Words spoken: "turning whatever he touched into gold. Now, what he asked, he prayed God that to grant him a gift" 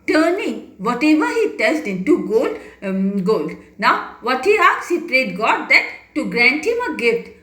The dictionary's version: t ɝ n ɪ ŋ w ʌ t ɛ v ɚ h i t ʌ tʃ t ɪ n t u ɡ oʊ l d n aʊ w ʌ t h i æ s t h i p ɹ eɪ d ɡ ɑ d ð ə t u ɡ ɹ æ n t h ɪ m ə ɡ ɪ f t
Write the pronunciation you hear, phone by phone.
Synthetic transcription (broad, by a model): t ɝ n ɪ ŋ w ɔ t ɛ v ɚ h i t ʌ s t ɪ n t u ɡ oʊ l d n aʊ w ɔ t h i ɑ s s h i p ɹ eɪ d ɡ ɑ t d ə t u ɡ ɹ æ n t h ɪ m ə ɡ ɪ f t